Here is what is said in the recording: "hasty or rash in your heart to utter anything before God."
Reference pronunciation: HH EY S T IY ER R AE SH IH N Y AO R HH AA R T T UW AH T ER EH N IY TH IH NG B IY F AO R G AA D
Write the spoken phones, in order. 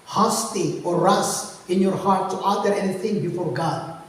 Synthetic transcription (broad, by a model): HH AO S T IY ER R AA S IH N Y AO R HH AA R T T UW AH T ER EH N IY TH IH NG B IY F AO R G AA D